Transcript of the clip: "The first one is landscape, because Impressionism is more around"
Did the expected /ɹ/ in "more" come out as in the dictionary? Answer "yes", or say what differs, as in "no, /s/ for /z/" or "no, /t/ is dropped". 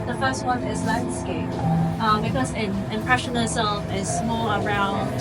no, /l/ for /ɹ/